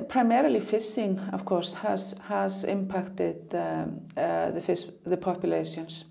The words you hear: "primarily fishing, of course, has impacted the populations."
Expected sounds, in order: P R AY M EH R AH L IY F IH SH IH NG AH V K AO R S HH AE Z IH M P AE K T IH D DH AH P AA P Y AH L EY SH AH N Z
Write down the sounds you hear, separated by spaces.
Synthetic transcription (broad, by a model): P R AY M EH R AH L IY F IH S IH NG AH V K AO R S HH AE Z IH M P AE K T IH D DH AH P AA P Y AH L EY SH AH N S